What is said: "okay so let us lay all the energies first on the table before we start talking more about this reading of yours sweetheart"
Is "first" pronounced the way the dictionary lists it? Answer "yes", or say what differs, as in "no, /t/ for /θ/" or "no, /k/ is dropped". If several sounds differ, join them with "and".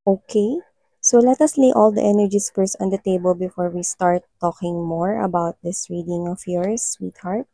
no, /t/ is dropped